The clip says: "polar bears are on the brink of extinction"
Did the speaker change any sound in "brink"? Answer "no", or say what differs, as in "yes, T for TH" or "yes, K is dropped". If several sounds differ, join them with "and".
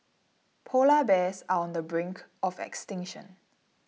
no